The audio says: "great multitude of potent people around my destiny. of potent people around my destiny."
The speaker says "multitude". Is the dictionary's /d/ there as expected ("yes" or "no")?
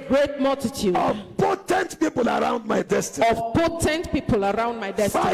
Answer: no